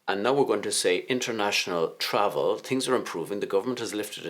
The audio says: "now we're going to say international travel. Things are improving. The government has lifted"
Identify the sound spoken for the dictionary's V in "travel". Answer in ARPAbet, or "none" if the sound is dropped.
V